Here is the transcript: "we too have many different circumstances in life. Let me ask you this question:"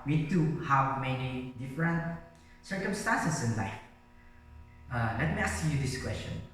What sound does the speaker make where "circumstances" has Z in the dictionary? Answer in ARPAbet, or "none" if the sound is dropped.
S